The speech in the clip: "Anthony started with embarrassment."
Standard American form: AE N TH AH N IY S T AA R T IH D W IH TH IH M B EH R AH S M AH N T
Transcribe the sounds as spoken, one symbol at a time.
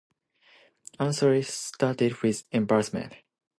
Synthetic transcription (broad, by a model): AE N S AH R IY S T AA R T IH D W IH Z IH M B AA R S M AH N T